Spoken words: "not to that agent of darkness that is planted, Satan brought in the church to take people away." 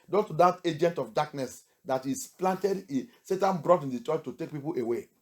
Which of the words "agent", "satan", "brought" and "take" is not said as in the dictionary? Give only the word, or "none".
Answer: none